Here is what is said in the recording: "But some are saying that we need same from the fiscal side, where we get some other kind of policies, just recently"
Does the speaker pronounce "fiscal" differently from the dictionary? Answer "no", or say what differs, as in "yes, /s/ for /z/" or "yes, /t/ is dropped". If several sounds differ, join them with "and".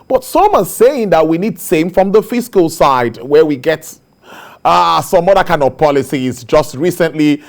no